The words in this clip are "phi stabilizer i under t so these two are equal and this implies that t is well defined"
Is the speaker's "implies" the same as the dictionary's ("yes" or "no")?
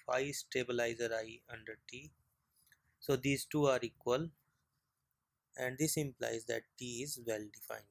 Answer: yes